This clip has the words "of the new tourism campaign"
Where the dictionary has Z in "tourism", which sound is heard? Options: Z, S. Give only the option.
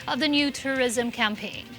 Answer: Z